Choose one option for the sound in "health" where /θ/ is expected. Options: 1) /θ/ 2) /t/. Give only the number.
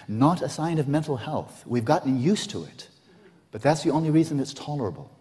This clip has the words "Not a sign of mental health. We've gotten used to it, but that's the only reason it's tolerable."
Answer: 1